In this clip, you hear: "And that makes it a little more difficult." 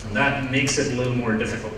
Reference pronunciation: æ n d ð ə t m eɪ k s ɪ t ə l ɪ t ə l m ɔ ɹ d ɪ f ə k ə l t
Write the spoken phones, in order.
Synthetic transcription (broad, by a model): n ð ə t m eɪ k s ɪ t l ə m ɔ ɹ d ɪ f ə k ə l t